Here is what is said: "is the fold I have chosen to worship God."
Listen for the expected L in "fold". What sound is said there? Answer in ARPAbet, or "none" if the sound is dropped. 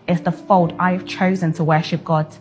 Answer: L